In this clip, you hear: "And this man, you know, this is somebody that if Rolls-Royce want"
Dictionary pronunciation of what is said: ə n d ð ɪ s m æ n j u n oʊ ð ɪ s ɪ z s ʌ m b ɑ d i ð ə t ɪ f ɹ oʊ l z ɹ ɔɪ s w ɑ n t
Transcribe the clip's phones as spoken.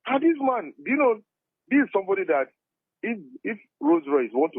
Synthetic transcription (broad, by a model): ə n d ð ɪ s m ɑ n j u n oʊ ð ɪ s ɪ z s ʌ m b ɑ d i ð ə t ɪ f ɹ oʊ z ɹ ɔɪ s w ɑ n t